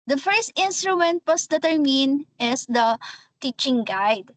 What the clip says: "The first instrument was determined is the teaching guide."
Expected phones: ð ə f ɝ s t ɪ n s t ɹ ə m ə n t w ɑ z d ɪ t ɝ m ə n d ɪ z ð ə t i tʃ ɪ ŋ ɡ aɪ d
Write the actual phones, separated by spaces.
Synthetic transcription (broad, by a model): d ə f ɝ s t ɪ n s t ɹ ə m ə n t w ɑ s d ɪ t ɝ m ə n ɪ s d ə t i tʃ ɪ ŋ ɡ aɪ d